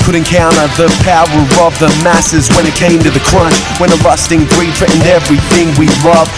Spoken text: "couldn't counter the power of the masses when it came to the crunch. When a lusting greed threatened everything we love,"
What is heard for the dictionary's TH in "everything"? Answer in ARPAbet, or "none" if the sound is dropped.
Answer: TH